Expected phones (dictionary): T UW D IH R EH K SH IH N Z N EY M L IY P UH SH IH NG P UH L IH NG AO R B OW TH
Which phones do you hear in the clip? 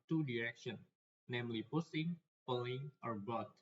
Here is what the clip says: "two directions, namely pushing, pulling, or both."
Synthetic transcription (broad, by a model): T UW D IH R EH K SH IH N N EY M L IY P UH S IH NG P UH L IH NG AO R B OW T